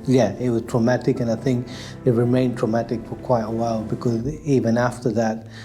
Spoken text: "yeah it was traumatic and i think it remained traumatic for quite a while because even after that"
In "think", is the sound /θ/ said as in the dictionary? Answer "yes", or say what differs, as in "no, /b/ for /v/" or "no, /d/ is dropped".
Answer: yes